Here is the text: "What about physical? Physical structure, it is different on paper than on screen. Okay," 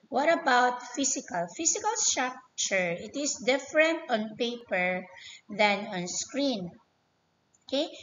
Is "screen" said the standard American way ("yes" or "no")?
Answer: yes